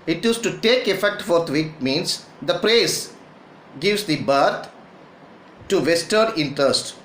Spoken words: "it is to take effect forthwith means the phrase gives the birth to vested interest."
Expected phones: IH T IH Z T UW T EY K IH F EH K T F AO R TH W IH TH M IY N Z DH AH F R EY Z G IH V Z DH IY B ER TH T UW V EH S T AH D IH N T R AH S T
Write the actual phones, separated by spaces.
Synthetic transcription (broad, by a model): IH T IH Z T UW T EY K IH F EH K T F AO R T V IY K M IY N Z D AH P R EY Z G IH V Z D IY B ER T T UW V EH S T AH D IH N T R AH S T